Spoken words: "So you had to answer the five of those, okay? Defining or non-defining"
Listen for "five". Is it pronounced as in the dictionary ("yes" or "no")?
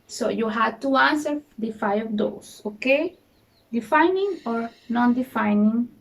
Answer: no